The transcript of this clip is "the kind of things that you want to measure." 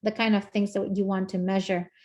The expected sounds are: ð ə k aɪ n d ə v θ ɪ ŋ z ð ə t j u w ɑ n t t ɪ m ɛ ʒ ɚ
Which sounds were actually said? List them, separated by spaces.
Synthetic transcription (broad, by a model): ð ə k aɪ n d ə v θ ɪ ŋ z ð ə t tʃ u w ɑ n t t ɪ m ɛ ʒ ɚ